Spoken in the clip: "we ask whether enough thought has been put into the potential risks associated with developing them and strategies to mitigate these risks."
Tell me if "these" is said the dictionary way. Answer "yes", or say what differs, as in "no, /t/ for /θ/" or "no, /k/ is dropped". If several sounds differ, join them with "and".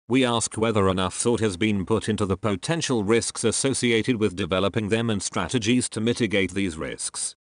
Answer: yes